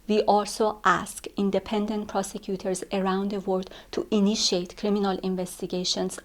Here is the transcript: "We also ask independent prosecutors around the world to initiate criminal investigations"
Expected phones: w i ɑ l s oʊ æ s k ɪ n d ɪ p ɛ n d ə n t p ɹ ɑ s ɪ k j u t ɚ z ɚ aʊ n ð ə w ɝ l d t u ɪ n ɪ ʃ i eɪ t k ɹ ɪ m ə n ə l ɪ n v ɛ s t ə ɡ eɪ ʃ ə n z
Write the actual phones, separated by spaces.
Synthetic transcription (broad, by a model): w i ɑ l s oʊ æ s k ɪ n d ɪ p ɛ n d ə n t p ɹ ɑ s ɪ k j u t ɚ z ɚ aʊ n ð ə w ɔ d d t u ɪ n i ʃ i eɪ t k ɹ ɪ m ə n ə l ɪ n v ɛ s t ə ɡ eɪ ʃ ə n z